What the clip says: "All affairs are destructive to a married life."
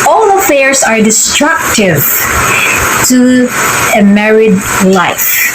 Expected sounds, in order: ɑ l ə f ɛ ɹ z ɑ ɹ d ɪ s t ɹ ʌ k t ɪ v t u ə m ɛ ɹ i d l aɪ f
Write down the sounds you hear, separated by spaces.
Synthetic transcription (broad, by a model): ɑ l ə f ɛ ɹ s ɑ ɹ d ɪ s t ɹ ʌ k t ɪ v t u ə m ɛ ɹ i d l aɪ f